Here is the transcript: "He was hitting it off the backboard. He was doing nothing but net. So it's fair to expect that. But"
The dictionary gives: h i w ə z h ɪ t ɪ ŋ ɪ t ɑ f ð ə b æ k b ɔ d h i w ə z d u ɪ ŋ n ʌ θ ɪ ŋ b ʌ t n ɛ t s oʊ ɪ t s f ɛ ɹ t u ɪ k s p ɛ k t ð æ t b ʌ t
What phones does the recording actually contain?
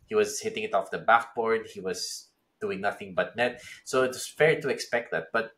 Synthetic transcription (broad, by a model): h i w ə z h ɪ t ɪ ŋ ɪ t ɑ f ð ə b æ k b ɔ d h i w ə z d u ɪ ŋ n ʌ θ ɪ ŋ b ʌ t n ɛ t s oʊ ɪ t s f ɛ ɹ t u ɪ k s p ɛ k t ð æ t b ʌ t